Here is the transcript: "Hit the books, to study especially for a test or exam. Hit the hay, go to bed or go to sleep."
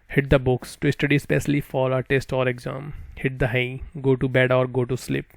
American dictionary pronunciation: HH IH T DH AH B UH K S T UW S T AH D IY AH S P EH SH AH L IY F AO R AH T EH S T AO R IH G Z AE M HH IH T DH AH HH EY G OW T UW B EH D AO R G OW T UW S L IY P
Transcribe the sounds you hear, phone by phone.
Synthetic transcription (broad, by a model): HH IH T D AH B UH K S T UW S T AH D IY S P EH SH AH L IY F AO L AH T EH S T AO R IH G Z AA M HH IH T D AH HH EY G OW T UW B EH D AO R G OW T UW S L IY P